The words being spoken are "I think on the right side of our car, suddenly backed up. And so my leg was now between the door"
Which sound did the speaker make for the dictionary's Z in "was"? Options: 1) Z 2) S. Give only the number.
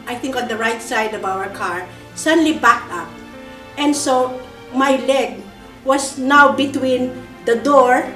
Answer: 2